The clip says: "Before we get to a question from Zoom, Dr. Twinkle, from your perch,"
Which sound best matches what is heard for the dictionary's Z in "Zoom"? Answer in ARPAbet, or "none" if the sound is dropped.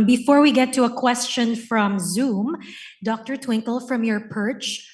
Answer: Z